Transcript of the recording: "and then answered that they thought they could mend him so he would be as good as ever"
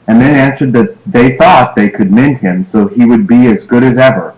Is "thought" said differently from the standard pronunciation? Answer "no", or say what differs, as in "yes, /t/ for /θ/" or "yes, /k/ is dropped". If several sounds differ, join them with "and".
no